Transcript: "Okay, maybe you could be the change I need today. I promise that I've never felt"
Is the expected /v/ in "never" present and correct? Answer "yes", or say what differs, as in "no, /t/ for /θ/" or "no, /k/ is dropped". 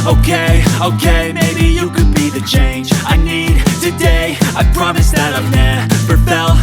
no, /p/ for /v/